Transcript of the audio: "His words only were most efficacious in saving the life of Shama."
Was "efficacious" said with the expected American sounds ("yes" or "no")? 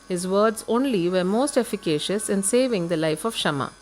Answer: yes